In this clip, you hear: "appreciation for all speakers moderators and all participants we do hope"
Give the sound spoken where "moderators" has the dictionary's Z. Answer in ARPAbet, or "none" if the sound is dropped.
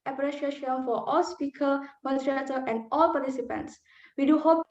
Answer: none